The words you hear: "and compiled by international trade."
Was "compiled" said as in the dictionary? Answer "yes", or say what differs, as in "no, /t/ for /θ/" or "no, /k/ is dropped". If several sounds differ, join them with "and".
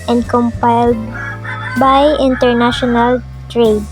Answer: yes